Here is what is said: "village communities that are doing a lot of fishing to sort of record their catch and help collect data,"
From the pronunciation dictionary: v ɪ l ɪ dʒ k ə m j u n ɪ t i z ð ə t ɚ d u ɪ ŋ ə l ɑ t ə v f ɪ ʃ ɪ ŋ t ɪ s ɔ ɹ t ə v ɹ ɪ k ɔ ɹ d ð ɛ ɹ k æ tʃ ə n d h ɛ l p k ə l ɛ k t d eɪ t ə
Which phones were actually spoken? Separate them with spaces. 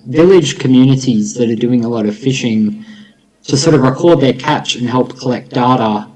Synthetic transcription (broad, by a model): v ɪ l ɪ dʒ k ə m j u n ɪ t i z ð ə t ɚ d u ɪ ŋ ə l ɑ t ə v f ɪ ʃ ɪ ŋ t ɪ s ɔ ɹ t ə v ɹ ɪ k ɔ ɹ d ð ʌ ɹ k æ tʃ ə n h ɛ l p k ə l ɛ k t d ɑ t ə